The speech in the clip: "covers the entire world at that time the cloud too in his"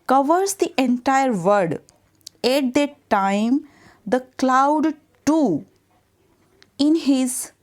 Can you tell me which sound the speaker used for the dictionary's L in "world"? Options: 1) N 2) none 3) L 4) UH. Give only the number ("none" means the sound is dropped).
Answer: 2